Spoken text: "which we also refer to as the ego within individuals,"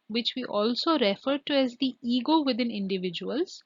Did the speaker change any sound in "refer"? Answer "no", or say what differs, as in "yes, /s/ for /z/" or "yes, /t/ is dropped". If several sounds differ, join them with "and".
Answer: no